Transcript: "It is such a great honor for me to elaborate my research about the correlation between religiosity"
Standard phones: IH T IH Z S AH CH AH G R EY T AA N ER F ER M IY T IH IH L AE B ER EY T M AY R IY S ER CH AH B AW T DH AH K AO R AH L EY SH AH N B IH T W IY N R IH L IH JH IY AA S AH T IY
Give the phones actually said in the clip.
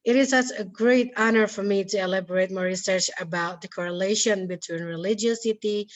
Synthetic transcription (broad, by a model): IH T IH Z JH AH S AH G R EY T AA N ER F ER M IY T IH IH L AE B ER EY T M AY R IY S ER CH AH B AW T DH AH K AO R AH L EY SH AH N B IH T W IY N R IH L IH JH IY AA S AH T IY